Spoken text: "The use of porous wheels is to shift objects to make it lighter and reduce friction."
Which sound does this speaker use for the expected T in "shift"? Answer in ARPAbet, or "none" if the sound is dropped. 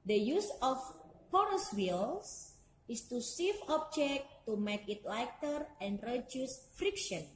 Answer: none